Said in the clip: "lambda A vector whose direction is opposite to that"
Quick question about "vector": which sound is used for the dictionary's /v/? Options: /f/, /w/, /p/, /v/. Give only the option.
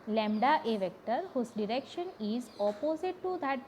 /v/